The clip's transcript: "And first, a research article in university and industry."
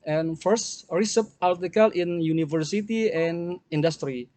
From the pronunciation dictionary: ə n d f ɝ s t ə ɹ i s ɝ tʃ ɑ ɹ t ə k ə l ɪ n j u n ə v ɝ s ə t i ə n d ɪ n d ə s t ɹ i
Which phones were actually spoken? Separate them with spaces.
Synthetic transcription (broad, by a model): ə n f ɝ s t ɹ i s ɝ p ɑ l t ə k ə l ɪ n j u n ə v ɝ s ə t i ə n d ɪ n d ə s t ɹ i